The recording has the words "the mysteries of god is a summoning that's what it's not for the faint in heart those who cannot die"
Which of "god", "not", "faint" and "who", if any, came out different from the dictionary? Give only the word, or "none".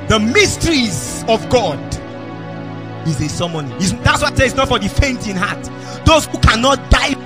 none